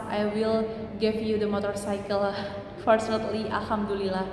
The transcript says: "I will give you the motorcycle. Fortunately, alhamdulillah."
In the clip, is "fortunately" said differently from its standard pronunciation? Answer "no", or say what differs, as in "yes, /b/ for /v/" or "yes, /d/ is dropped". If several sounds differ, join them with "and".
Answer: yes, /s/ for /tʃ/